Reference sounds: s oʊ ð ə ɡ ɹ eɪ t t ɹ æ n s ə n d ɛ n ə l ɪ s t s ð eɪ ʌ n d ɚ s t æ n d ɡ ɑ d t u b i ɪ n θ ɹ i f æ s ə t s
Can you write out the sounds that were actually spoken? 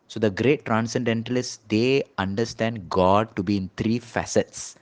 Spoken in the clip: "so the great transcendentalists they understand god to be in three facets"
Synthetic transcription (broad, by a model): s oʊ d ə ɡ ɹ eɪ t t ɹ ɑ n s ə n d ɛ n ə l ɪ s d eɪ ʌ n d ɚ s t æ n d ɡ ɑ d t u b i ɪ n t ɹ i f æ s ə t s